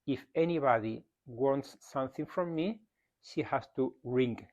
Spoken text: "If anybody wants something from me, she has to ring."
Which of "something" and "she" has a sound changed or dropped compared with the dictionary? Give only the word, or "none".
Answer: none